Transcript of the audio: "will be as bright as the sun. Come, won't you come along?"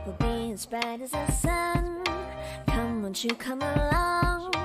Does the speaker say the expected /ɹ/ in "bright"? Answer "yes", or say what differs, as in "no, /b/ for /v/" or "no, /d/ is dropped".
no, /ɹ/ is dropped